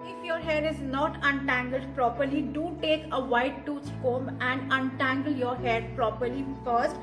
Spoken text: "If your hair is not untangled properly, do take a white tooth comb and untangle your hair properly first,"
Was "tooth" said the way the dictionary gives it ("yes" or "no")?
no